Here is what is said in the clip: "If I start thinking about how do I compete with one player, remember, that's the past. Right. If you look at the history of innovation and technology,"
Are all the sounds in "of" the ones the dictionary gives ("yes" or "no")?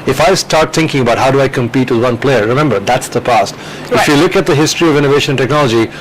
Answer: yes